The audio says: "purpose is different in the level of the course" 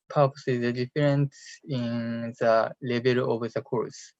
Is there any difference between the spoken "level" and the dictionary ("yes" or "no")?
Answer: yes